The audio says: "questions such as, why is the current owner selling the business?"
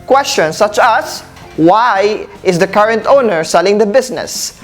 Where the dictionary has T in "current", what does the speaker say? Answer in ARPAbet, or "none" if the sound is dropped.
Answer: T